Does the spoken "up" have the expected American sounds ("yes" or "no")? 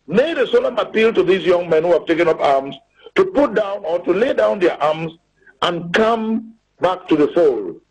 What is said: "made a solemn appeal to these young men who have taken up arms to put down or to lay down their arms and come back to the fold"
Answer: yes